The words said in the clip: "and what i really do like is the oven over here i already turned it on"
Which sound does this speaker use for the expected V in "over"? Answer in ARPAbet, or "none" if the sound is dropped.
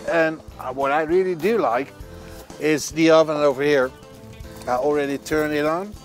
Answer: V